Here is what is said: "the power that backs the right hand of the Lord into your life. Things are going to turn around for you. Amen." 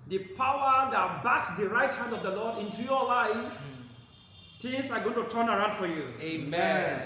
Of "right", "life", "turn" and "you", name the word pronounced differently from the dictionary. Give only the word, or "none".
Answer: none